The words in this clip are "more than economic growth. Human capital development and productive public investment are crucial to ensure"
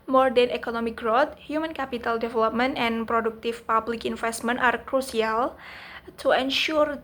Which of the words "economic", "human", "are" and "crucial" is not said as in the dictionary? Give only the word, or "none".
crucial